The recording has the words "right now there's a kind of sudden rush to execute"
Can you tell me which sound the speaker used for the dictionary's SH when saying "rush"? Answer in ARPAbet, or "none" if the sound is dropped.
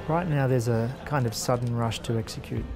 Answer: SH